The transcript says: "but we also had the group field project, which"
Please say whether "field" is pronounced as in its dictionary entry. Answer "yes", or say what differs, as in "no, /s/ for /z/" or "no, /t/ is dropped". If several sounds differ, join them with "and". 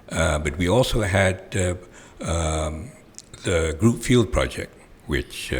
yes